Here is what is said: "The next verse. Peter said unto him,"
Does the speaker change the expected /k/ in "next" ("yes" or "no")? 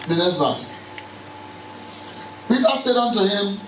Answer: yes